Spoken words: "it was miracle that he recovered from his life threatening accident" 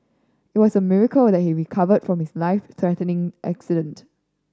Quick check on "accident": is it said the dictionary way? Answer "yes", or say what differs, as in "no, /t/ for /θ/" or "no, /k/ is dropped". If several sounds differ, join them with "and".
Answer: yes